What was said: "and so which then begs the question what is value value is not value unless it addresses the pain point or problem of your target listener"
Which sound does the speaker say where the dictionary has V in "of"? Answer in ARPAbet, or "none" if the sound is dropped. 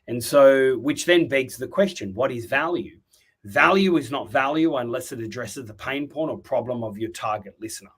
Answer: V